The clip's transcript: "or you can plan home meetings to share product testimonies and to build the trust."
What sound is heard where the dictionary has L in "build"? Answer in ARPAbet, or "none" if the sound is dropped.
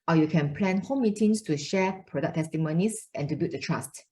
none